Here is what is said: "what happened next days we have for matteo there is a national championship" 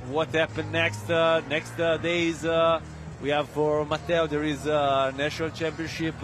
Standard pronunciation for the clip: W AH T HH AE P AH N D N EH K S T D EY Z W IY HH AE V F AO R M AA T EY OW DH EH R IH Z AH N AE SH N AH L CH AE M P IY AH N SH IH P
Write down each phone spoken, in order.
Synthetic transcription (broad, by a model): W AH T HH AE P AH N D N EH K S T D EY Z W IY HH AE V F AO R M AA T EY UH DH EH R IH Z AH N AE SH N AH L CH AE M P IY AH N SH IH P